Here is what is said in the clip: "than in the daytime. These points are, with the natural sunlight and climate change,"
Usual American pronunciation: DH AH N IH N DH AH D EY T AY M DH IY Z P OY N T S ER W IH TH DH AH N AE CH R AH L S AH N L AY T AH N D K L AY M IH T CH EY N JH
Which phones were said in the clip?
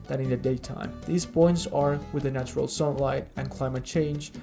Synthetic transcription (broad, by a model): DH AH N IH N DH AH D EY T AY M DH IY Z B OY N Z ER W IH DH AH N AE CH R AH L S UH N L AY T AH N K L AY M IH T CH EY N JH